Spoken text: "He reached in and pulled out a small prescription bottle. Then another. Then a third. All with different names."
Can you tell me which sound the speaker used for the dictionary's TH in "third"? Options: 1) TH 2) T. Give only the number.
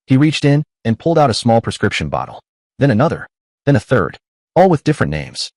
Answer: 1